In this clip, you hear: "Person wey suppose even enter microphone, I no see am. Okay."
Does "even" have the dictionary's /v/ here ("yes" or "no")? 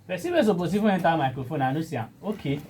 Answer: no